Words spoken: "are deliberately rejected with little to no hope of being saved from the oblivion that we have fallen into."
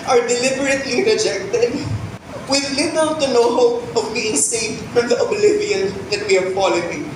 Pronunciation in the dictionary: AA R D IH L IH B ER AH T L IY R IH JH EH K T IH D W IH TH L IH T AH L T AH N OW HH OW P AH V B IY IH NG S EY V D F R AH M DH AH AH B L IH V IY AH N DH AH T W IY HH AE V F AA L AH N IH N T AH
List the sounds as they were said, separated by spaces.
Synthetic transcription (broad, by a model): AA R D IH L IH B ER AH T L IY R IH JH EH K T IH D W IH L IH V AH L T AH N OW HH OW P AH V B IY IH NG S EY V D F R AH M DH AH AH B L IH V IY AH N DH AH T W IY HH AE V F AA L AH IH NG